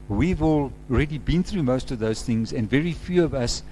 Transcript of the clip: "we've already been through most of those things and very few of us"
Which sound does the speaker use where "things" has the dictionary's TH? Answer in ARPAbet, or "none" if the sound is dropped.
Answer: TH